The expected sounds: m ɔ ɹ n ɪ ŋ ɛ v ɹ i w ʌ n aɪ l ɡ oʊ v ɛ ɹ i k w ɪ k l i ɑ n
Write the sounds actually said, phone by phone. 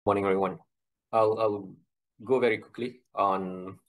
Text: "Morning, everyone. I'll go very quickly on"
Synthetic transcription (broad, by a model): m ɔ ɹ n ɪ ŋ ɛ ɹ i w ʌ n aɪ l ɡ oʊ v ɛ ɹ i k w ɪ k l i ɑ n